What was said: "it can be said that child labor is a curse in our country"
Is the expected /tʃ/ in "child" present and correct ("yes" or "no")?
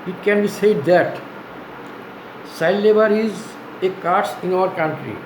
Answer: no